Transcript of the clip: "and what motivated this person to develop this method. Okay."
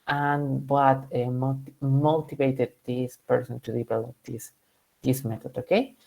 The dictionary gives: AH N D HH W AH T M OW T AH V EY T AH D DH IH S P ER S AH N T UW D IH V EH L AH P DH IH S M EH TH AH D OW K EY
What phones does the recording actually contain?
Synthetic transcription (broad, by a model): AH N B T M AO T M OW T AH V EY T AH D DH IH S P ER S AH N T UW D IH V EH L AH P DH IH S M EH T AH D OW K EY